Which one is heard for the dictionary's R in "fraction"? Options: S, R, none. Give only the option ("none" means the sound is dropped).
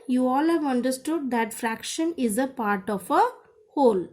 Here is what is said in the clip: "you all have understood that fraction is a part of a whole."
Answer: R